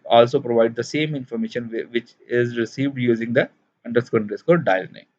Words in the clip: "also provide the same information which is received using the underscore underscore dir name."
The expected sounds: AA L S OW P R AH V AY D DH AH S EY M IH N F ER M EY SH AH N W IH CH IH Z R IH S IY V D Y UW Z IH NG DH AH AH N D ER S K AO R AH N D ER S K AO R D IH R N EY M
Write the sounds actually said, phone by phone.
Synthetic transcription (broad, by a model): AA L S OW P R AH V AY D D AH S EY M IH N F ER M EY SH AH N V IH CH IH Z R IH S IY V D Y UW Z IH NG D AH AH N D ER S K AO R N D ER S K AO D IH L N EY